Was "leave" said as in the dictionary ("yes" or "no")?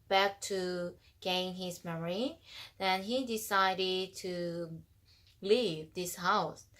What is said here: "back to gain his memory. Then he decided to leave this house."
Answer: yes